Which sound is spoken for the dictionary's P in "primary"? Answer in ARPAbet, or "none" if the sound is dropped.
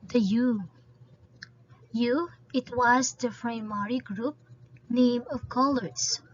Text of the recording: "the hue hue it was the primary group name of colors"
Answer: F